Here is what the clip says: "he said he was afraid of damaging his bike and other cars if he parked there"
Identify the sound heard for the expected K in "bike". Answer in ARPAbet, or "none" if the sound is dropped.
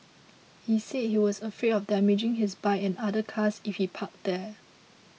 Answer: none